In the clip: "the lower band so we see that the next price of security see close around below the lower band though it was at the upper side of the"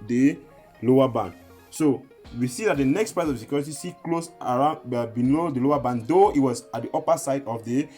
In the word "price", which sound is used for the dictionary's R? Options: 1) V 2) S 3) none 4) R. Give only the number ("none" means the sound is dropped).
3